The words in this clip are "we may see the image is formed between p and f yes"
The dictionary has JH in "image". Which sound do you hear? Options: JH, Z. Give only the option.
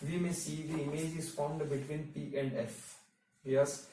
JH